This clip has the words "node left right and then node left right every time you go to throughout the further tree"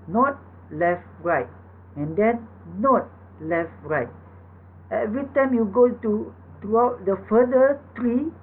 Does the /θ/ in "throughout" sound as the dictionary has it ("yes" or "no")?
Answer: no